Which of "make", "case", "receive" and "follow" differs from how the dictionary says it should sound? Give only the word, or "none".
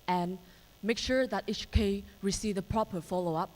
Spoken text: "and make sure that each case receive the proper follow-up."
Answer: case